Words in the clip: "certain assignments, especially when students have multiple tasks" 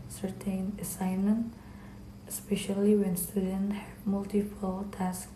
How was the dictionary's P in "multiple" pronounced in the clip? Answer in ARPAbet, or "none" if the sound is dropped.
F